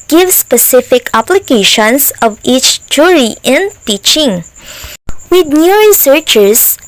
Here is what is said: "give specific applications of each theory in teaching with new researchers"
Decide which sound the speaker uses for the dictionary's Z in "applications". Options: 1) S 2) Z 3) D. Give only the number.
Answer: 1